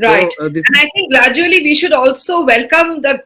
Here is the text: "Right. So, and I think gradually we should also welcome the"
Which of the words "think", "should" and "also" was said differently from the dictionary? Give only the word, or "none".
think